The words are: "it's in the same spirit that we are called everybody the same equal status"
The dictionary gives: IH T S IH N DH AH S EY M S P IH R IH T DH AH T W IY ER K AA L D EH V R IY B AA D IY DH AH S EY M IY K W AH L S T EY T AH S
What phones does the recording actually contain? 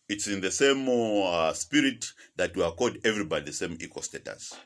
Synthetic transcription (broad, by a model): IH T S IH N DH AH S EY M S P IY R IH T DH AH T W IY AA K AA D EH V R IY B AA D IY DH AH S EY M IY K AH S T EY T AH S